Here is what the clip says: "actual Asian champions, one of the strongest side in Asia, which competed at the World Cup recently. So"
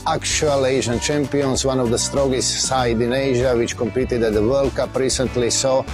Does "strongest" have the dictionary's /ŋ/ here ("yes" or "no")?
no